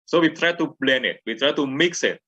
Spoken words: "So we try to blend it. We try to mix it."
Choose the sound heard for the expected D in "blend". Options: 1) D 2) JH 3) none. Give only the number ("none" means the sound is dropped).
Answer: 3